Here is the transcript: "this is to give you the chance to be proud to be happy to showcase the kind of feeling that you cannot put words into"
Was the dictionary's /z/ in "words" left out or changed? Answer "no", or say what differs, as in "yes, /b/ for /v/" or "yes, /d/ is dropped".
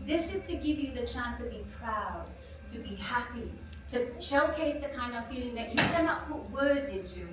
no